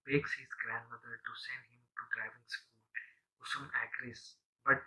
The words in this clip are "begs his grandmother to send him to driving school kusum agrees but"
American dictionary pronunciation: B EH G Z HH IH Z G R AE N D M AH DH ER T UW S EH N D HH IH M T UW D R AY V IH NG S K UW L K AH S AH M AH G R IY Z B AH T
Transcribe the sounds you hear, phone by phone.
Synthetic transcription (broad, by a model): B EH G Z HH IH Z G R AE N D M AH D ER T UW S EH N D HH IH M T UW D R AY V IH NG S K UW L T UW S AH M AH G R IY S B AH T